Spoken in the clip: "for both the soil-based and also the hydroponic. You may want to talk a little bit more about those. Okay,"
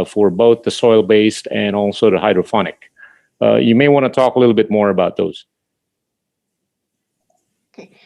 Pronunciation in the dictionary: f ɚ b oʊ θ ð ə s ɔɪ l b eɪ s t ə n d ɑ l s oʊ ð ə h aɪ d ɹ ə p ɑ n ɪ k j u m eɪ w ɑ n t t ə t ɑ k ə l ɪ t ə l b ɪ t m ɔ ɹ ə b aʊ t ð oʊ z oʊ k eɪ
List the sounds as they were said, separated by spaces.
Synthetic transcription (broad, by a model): f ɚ b oʊ θ ð ə s ɔɪ l b eɪ s t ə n ɑ l s oʊ ð ə h aɪ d ɹ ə f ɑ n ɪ k j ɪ m eɪ w ɑ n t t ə t ɑ k ə l ɪ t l b ɪ t m ɔ ɹ ə b aʊ t ð oʊ z